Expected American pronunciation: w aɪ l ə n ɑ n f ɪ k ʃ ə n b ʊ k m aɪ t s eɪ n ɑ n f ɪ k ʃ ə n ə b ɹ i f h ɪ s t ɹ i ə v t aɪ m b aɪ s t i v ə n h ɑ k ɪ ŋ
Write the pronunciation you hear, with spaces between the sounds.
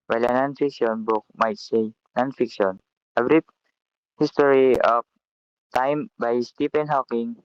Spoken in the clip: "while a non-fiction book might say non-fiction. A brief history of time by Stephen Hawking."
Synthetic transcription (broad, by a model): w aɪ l ə n ɑ n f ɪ k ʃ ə n b ʊ k m aɪ t s eɪ n ɑ n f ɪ k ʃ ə n ə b ɹ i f h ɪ s t ɹ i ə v t aɪ m b aɪ s t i p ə n h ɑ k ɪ ŋ